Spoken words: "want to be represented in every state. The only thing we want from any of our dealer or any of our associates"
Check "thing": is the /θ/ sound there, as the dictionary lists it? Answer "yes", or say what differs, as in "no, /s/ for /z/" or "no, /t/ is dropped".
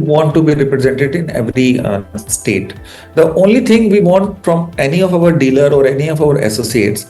no, /t/ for /θ/